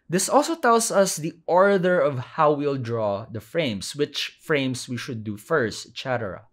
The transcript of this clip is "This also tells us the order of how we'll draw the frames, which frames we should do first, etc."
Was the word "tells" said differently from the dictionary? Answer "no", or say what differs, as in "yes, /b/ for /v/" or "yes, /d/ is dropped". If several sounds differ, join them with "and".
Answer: yes, /s/ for /z/